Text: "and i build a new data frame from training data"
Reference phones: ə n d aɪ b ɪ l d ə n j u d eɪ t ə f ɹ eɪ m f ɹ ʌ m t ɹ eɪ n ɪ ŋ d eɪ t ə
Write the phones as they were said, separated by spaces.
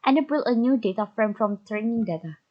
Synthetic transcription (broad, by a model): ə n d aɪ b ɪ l ə n j u d eɪ t ə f ɹ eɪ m f ɹ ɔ m t ɹ eɪ n ɪ ŋ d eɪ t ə